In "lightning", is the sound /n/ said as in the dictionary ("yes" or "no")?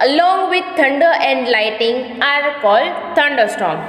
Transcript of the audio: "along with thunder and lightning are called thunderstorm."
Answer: no